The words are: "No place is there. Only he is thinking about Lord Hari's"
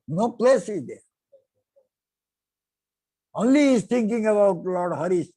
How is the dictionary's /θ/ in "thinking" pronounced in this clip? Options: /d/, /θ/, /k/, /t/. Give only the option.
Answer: /t/